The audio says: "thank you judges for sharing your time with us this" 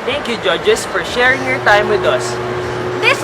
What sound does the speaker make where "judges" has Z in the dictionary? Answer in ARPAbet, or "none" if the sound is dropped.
S